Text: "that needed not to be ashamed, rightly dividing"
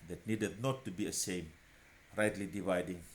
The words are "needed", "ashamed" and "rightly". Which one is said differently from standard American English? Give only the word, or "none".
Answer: ashamed